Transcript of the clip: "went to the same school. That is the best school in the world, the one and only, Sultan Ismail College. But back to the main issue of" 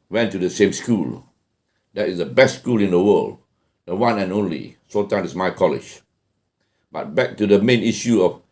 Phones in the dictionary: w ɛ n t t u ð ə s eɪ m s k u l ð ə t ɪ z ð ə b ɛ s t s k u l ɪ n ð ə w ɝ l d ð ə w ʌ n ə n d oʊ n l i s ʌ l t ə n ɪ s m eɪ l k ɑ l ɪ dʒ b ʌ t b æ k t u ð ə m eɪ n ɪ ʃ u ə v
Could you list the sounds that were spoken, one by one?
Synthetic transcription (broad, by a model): w ɛ n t t u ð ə s eɪ m s k u l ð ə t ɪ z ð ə b ɛ s t s k u l ɪ n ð ə w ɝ l d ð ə w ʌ n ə n oʊ n l i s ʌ t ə ɪ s m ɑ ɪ k ɑ l ɪ dʒ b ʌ t b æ k t u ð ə m eɪ n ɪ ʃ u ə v